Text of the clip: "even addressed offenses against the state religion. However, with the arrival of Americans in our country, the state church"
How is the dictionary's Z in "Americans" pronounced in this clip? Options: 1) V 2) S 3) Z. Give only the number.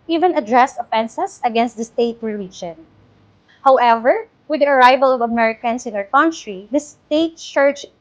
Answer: 2